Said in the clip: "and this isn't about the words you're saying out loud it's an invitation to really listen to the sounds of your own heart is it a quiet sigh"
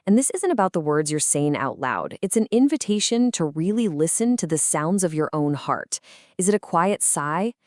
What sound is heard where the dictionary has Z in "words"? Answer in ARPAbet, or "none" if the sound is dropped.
Z